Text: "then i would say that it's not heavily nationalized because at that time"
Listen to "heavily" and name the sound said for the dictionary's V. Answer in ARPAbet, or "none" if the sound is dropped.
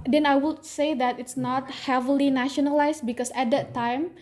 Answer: V